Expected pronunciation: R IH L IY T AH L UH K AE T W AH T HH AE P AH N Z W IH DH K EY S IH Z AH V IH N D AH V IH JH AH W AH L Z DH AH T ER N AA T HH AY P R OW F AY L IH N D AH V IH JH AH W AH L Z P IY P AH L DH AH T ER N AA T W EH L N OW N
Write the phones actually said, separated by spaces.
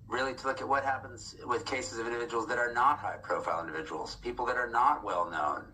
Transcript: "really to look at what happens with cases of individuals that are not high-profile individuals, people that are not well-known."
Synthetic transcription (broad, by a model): R IH L IY T AH L UH K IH T W AH T HH AE P AH N Z W IH DH K EY S IH Z AH V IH N D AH V IH JH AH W L Z DH AH T ER N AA T HH AY P R OW F AY L IH N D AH V IH JH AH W L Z P IY P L DH AH T ER N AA T W EH L N OW N